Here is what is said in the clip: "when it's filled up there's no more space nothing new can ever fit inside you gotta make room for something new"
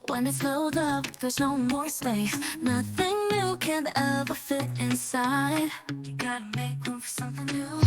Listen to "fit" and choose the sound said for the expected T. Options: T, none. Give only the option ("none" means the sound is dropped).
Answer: T